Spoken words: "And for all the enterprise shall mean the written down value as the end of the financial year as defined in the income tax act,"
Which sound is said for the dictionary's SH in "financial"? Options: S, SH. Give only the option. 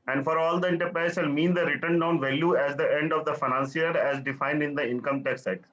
S